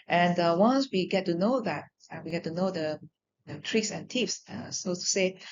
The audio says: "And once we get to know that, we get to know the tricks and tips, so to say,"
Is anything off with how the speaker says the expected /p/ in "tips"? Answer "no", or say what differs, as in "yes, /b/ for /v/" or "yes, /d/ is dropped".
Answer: yes, /f/ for /p/